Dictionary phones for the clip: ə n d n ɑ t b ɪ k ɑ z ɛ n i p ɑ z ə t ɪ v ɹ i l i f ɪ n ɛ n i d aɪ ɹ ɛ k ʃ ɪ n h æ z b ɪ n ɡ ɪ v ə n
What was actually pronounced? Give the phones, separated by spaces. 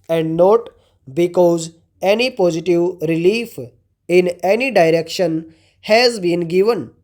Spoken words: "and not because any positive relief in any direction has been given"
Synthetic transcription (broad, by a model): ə n d n ɑ t b ɪ k ɑ z ɛ n i p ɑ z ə t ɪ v ɹ i l i f ɪ n ɛ n i d aɪ ɹ ɛ k ʃ ɪ n h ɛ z b ɪ n ɡ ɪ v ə n